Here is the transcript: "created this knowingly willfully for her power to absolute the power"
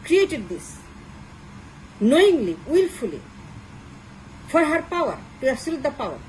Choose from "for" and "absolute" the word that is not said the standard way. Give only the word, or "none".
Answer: absolute